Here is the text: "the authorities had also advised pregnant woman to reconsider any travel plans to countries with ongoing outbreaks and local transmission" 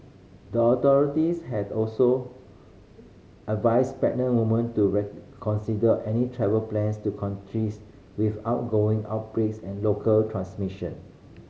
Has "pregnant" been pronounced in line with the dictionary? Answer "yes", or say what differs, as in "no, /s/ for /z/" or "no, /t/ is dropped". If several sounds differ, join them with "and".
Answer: no, /ɹ/ is dropped